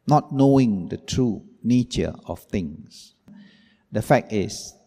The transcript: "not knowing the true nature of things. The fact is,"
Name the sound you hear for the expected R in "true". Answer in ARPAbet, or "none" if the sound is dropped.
R